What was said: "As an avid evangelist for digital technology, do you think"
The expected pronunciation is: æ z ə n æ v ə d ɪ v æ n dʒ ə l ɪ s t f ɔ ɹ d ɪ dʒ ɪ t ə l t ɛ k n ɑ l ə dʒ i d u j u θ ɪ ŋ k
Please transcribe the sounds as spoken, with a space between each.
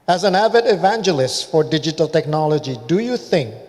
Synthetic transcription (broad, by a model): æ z ə n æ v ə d ɪ v æ n dʒ ə l ɪ s t f ɔ ɹ d ɪ dʒ ɪ t ə l t ɛ k n ɑ l ə dʒ i d u j u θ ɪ ŋ k